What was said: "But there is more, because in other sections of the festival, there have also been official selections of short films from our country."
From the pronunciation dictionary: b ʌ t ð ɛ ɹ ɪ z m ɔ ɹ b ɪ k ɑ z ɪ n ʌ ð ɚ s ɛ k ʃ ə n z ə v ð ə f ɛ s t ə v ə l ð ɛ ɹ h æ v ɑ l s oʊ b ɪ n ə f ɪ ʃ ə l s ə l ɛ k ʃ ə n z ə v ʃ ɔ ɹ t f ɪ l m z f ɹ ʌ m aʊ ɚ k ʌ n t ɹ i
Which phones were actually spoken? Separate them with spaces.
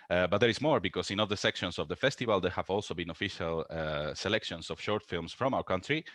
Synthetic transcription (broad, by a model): b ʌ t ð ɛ ɹ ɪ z m ɔ ɹ b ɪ k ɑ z ɪ n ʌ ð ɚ s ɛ k ʃ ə n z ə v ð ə f ɛ s t ə v ə l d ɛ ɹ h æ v ɑ l s oʊ b ɪ n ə f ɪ ʃ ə l s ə l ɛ k ʃ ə n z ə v ʃ ɔ ɹ t f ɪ l m s f ɹ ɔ m aʊ ɚ k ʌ n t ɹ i